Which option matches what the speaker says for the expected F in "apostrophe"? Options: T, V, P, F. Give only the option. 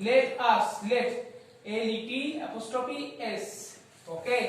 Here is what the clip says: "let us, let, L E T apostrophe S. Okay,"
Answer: P